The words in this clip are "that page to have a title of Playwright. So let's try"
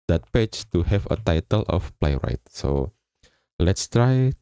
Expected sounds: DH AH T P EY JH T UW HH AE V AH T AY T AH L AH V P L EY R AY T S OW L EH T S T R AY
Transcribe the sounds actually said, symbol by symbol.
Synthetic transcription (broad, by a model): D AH T P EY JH T UW HH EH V AH T AY T AH L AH F P L EY R AY T S OW L EH T S T R AY